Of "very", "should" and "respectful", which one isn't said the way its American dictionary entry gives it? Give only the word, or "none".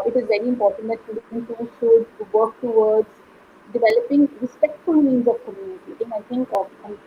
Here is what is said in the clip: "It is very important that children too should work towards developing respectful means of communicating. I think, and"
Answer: should